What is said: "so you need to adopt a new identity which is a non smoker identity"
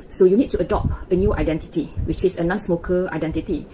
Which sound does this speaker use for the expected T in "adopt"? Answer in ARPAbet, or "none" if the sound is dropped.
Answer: none